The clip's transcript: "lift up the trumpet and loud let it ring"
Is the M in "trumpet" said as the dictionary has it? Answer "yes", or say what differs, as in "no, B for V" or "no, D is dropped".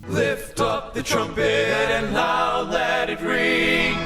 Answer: yes